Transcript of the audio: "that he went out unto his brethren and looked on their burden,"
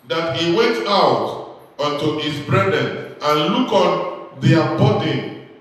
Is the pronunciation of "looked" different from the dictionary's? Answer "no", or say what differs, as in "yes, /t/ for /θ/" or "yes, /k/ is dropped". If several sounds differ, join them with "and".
yes, /t/ is dropped